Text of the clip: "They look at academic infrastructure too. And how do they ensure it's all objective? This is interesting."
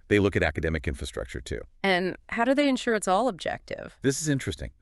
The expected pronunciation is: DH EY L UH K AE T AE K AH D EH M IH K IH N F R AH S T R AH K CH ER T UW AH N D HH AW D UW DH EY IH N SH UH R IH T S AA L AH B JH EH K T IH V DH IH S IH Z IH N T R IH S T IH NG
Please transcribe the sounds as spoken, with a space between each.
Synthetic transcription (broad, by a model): DH EY L UH K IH T AE K AH D EH M IH K IH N F R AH S T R AH K CH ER T UW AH N HH AW D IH DH EY IH N SH UH R IH T S AA L AH B JH EH K T IH V DH IH S IH Z IH N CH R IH S T IH NG